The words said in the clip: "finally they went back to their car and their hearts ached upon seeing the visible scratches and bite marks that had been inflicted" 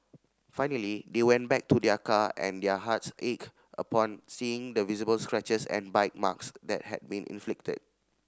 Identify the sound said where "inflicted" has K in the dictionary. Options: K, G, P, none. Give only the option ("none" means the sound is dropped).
K